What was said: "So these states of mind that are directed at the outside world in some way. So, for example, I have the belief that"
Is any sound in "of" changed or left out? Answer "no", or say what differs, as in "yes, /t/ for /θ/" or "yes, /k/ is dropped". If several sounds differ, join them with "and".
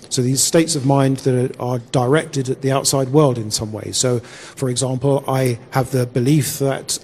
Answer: no